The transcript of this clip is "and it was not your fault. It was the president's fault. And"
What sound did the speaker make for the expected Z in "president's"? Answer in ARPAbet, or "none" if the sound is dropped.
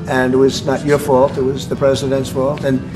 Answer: Z